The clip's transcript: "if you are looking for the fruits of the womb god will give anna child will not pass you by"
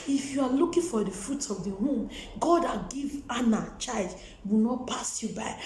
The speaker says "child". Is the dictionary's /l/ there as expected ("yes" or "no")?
no